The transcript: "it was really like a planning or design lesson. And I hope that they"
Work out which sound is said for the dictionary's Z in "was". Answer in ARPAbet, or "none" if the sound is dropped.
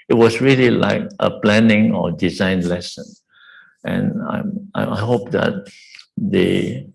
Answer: S